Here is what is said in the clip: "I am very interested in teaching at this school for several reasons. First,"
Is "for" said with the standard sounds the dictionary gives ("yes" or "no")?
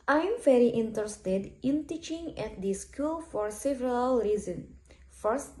yes